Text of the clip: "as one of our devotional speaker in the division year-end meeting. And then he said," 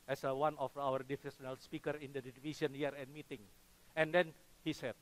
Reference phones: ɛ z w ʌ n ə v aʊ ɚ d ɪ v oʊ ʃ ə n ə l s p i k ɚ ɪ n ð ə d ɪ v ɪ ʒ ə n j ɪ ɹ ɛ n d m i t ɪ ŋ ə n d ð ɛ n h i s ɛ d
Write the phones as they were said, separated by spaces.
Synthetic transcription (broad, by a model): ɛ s w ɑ n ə f aʊ ɚ d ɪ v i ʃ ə n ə l s p i k ɚ ɪ n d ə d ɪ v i s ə n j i ɹ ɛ n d m i t ɪ ŋ ə n d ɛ n h i s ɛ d